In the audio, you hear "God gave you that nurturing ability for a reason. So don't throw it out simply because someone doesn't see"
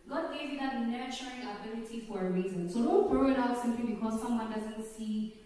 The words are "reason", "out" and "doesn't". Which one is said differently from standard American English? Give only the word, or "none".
none